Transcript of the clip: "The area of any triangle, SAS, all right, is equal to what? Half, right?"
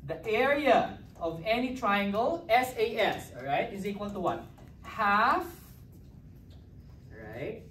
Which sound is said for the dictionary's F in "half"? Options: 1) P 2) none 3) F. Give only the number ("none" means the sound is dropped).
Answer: 3